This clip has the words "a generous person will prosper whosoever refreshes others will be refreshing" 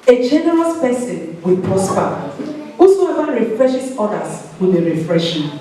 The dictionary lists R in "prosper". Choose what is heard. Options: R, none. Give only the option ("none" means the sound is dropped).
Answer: none